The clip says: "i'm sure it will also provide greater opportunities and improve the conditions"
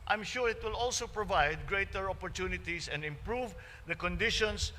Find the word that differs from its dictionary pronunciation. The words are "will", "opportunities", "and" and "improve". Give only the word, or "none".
opportunities